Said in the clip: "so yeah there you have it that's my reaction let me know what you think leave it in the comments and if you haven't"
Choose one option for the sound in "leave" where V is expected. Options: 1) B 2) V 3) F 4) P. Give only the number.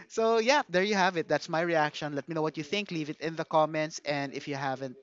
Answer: 2